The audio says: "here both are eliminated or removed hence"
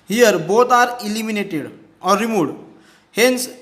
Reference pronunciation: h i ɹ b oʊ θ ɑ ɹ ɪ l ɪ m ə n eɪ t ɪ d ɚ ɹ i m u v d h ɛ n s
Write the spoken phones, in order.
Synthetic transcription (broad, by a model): h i ɹ b oʊ t ɑ ɹ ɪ l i m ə n eɪ t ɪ d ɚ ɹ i m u d h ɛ n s